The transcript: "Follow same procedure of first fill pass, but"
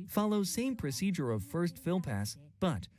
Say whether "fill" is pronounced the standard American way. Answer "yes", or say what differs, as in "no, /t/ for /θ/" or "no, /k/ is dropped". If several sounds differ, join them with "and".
yes